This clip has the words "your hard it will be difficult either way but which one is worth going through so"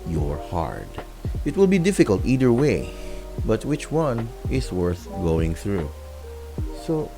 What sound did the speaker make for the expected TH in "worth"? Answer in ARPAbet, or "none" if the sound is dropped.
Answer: TH